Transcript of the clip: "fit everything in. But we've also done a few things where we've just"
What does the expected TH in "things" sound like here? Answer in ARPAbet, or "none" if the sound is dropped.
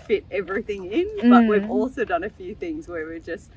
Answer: TH